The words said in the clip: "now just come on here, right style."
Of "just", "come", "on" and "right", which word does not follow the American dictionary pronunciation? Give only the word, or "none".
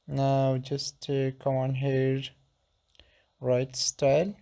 none